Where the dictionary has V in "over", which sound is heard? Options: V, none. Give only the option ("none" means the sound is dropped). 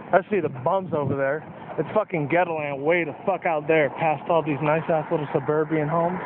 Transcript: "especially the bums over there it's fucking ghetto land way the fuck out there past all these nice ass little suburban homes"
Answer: V